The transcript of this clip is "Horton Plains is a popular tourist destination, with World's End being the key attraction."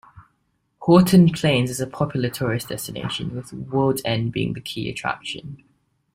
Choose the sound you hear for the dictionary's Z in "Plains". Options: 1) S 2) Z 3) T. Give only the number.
2